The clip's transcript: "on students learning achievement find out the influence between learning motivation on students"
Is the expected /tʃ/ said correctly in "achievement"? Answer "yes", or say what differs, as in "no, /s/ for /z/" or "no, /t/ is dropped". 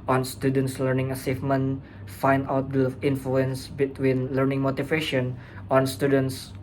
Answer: no, /s/ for /tʃ/